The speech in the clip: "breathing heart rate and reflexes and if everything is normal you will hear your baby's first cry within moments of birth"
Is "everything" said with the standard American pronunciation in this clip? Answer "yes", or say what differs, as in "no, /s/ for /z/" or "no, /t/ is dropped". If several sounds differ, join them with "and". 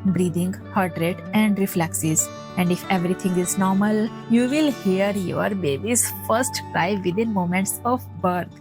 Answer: no, /t/ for /θ/